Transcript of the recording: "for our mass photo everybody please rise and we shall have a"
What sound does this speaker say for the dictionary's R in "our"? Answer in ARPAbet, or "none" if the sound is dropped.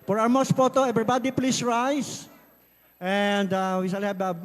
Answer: W